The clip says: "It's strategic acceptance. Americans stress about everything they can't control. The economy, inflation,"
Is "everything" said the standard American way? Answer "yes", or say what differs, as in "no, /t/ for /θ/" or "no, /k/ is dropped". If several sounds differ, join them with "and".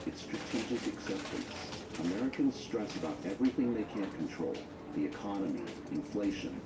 yes